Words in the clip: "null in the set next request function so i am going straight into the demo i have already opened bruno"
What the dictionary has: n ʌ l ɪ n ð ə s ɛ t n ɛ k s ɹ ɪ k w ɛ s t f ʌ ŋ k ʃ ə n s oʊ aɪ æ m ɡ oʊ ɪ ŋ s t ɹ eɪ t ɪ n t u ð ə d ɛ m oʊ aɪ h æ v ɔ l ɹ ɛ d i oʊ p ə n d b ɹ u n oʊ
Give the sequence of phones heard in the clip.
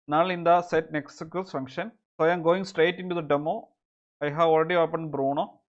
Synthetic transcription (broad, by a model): n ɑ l ɪ n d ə s ɛ t n ɛ k s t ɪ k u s f ʌ ŋ k ʃ ə n s oʊ aɪ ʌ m ɡ oʊ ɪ ŋ s t ɹ eɪ t ɪ n t u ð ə d ɛ m oʊ aɪ h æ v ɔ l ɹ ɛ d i oʊ p ə n d b ɹ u n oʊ